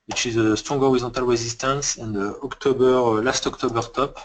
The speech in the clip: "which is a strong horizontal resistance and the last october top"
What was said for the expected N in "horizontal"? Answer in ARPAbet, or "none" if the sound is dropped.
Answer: none